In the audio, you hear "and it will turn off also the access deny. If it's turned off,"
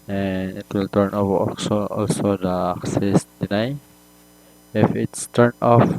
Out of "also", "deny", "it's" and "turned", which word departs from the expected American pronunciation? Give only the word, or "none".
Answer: turned